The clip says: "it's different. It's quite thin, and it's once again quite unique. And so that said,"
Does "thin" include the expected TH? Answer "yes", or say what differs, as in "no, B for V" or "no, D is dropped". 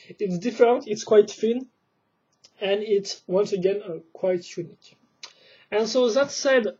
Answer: no, F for TH